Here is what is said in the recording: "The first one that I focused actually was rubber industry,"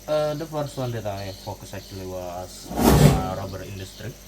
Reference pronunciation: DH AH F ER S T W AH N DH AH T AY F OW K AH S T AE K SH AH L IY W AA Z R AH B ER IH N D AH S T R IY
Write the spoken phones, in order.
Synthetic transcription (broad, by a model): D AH F ER S T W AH N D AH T AY F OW K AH S AE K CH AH L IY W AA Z R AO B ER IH N D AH S T R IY